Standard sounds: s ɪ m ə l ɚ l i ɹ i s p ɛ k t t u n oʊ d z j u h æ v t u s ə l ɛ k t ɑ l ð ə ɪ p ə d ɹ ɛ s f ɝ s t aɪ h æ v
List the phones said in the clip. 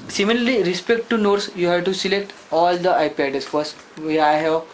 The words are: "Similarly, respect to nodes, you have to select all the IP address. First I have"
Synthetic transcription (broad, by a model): s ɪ m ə l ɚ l i ɹ i s p ɛ k t t u n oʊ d s j u h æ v t u s ə l ɛ k t ɑ l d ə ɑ p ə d ɛ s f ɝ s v aɪ h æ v